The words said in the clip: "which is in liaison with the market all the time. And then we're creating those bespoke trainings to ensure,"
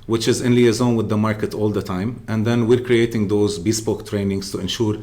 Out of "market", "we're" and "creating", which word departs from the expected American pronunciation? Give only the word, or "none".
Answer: none